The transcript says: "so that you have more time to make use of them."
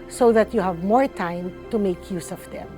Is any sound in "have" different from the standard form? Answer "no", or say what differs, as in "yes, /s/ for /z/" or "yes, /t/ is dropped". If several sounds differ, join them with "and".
no